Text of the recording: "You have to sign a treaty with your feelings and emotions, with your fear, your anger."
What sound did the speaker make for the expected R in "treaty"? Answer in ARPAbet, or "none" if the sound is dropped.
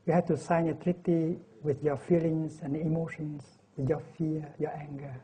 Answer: R